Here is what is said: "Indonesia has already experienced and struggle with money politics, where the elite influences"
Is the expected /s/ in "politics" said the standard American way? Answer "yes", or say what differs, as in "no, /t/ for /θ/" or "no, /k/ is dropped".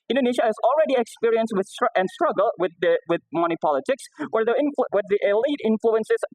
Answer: yes